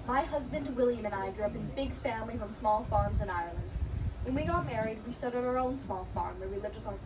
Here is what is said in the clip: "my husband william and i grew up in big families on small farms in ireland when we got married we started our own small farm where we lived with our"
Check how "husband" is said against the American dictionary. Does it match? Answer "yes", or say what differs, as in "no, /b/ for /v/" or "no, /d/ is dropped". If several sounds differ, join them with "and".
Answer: yes